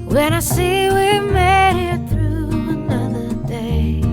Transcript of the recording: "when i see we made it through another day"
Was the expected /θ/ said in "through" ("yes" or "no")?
yes